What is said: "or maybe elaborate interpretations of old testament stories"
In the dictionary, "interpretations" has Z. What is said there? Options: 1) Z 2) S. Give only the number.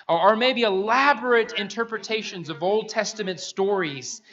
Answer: 1